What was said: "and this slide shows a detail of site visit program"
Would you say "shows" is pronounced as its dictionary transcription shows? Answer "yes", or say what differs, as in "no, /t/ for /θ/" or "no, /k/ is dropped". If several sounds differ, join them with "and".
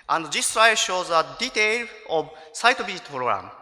yes